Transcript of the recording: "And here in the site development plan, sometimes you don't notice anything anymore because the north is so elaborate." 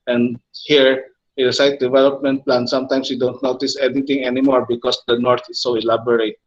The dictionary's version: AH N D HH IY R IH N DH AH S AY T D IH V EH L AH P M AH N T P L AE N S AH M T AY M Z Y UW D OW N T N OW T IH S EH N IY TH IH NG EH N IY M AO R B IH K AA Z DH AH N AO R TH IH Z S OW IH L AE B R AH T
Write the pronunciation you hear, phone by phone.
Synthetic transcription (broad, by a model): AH N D HH IY R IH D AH S AY T D IH V EH L AH P M AH N T P L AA N S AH M T AY M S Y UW D OW N T N OW T IH S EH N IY T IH NG EH N IY M AO R B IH K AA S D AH N AO R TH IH S OW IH L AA B R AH T